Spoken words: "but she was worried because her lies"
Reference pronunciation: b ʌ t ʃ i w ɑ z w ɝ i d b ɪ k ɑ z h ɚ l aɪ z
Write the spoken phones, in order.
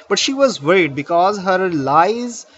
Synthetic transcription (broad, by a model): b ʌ t ʃ i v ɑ z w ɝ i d b ɪ k ɑ z h ɚ l aɪ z